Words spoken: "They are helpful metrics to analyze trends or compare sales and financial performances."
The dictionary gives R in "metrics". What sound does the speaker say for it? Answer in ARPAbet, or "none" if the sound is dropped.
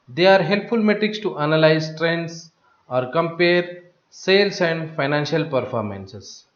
R